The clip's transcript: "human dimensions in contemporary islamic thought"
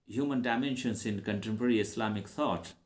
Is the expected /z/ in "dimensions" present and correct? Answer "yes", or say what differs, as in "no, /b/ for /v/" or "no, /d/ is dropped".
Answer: no, /s/ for /z/